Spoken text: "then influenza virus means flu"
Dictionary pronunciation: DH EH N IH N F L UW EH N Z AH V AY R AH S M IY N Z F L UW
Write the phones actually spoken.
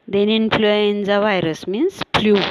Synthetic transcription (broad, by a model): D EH N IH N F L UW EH N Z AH V AY R AH S M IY N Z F L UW